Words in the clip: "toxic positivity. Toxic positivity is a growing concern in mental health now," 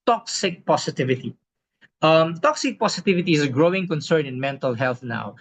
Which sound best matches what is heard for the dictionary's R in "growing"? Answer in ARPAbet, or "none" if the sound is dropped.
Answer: R